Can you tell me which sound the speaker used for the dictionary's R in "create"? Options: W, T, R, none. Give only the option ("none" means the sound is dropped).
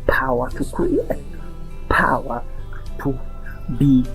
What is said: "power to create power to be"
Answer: none